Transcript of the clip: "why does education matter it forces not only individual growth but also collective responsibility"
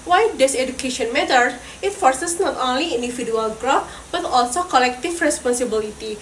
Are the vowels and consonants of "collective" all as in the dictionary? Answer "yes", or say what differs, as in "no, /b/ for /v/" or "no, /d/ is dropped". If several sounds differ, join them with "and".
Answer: no, /f/ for /v/